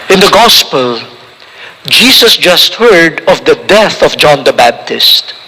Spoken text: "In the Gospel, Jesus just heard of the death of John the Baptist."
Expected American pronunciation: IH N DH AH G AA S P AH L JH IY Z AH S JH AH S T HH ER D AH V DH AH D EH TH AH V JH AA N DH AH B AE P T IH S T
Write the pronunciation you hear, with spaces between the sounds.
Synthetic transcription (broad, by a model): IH N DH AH G AA S P AH L JH IY S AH S JH AH S T HH ER D AH V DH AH D EH TH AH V JH AA N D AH B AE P T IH S T